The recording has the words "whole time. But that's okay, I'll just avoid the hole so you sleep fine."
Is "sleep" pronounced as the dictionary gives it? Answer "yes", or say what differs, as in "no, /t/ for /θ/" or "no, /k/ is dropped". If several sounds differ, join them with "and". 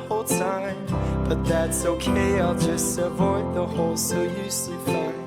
no, /l/ is dropped